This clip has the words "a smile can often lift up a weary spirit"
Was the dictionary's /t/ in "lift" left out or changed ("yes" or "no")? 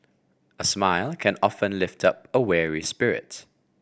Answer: no